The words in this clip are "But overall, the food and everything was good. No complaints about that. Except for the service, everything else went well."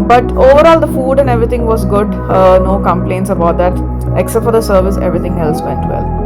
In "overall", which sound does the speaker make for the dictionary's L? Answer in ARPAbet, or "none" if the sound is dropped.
L